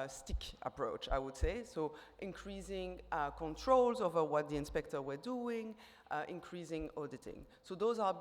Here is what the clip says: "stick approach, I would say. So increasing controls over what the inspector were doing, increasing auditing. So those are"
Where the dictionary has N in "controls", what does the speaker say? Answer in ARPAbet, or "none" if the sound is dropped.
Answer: N